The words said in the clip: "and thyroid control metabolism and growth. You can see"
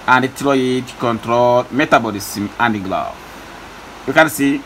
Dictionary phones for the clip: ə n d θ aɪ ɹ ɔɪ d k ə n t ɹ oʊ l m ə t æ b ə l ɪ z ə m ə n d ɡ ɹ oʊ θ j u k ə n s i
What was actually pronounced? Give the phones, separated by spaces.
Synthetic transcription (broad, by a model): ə n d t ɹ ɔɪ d k ə n t ɹ oʊ l m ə t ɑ b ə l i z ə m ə n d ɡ l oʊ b j u k ə n s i